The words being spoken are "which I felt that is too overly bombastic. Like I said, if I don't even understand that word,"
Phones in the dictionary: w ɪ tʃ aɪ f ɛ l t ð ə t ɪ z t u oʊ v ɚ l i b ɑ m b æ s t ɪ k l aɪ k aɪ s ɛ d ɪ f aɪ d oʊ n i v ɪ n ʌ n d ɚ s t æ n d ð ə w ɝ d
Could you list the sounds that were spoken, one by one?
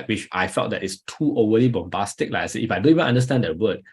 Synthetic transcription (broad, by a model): w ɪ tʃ aɪ f ɛ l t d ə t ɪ s t u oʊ w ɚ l i b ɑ m b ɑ s t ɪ k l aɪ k aɪ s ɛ ɪ f aɪ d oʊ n i v ɪ n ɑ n d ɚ s t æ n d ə w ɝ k